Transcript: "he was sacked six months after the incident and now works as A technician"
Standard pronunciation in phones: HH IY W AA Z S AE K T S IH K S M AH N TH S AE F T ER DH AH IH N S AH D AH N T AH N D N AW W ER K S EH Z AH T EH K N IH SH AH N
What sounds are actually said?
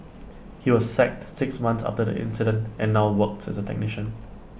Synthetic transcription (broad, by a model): HH IY W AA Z S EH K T S IH K S M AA N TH S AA F T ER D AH IH N S AH D AH N T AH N N AW W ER K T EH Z AH T EH K N IH SH AH N